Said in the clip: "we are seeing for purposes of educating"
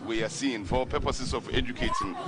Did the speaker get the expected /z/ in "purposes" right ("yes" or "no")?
no